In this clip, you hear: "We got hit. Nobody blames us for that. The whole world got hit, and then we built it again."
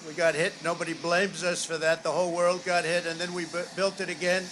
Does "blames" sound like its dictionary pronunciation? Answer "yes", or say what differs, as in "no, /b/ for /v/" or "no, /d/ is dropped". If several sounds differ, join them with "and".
yes